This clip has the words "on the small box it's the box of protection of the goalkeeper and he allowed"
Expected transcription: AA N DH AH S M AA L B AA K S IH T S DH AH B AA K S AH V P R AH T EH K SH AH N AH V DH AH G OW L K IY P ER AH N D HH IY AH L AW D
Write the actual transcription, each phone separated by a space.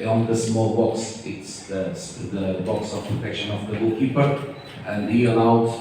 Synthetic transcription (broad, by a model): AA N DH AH S M AA L B AA K S IH T S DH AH B AA K S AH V P R AH T EH K SH AH N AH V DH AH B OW K IY P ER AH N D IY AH L AW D